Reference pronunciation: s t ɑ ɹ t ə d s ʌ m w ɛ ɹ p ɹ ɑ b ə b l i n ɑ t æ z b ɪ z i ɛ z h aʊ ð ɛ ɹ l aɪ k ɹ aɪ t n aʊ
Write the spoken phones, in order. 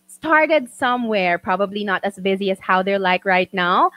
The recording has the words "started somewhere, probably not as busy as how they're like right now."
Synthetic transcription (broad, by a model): s t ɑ ɹ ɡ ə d s ʌ m w ɛ ɹ p ɹ ɑ b ə b l i n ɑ t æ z b ɪ z i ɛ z h aʊ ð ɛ ɹ l aɪ k ɹ aɪ t n aʊ